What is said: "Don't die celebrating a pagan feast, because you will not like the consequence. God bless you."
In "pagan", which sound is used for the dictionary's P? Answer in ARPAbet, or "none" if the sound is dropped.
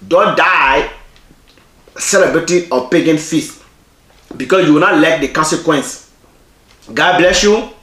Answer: P